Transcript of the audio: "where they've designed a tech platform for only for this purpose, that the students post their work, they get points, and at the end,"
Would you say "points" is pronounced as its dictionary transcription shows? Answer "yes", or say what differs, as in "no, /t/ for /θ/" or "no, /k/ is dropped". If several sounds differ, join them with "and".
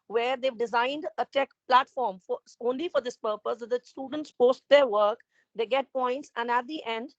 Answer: yes